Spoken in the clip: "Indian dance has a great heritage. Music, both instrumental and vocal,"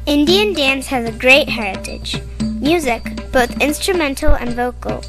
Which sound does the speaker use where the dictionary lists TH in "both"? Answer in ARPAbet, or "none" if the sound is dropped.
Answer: TH